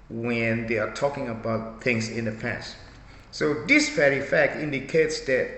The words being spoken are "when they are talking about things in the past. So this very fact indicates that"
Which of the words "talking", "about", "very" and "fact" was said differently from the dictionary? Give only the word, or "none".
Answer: very